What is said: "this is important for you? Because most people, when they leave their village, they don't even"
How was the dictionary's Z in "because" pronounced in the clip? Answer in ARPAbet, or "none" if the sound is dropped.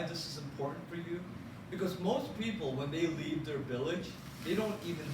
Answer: Z